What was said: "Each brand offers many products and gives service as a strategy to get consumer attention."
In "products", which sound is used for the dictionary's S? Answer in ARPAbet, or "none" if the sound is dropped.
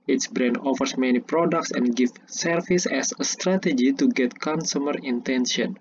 S